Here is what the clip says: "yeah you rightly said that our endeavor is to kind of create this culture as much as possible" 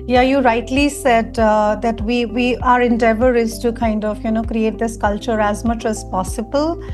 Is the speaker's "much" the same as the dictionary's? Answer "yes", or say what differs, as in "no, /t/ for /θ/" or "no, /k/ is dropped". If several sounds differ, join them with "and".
yes